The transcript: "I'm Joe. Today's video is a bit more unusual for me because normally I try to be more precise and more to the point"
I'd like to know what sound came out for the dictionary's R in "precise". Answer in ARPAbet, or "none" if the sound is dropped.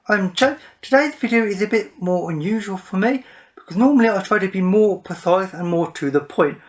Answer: none